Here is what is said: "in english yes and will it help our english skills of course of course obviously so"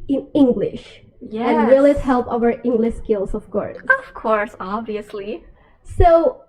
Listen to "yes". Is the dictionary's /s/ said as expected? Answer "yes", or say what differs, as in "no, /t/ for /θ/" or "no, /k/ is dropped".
no, /s/ is dropped